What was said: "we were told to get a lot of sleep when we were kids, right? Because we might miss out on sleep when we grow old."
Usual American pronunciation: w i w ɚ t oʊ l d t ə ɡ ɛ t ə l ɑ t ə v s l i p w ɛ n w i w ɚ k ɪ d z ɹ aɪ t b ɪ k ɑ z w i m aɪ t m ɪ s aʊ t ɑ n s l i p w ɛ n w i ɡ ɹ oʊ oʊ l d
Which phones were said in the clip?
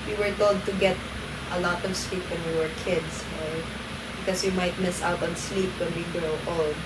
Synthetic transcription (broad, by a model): w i w ɚ t oʊ l d t ə ɡ ɛ t ə l ɑ t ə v s l i p w ɛ n w i w ɚ k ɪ d s ɹ aɪ t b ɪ k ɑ s w i m aɪ t m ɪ s aʊ t ɑ n s l i p w ɛ n w i ɡ ɹ oʊ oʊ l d